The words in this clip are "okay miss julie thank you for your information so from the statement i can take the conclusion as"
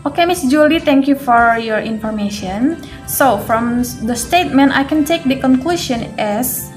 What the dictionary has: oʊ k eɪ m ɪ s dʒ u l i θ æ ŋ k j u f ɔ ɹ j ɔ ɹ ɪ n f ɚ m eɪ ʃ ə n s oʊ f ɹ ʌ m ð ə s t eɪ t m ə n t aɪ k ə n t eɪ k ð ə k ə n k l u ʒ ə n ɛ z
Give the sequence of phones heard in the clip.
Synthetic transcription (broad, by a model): oʊ k eɪ m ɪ s dʒ u l i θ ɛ ŋ k j u f ɔ ɹ j ɔ ɹ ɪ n f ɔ m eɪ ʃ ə n s oʊ f ɹ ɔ m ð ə s t eɪ t m ə n t aɪ k ə n t eɪ k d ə k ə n k l u ʃ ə n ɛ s